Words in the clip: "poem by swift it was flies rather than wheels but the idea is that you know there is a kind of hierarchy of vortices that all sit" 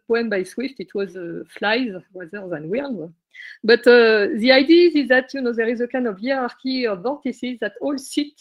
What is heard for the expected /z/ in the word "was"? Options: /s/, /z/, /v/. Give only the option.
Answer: /z/